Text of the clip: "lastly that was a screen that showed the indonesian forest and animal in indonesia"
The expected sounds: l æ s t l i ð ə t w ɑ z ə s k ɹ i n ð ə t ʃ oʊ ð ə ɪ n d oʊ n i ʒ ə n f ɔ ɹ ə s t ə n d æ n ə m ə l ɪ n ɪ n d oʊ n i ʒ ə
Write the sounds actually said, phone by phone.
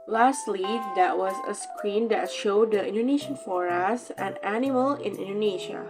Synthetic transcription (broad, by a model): l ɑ s t l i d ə t w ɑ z ə s k ɹ i n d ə t ʃ oʊ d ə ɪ n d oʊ n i ʃ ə n f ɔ ɹ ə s ə n æ n ə m ə l ɪ n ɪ n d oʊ n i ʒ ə